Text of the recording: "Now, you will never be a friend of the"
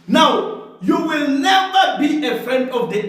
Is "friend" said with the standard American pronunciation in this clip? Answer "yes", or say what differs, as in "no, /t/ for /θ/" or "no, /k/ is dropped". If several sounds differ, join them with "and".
yes